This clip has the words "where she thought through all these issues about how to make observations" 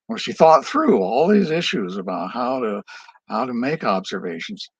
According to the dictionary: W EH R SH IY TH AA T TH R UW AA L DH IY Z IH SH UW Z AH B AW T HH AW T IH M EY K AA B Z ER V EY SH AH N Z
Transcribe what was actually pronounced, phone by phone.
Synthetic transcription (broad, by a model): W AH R SH IY TH AA T TH R UW AA L DH IY Z IH SH UW Z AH B AW T HH AW T IH M EY K AA B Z ER V EY SH N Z